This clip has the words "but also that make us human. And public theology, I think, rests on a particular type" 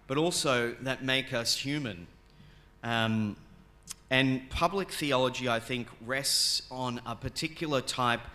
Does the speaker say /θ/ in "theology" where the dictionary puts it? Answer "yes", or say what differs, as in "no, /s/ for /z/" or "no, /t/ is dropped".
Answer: yes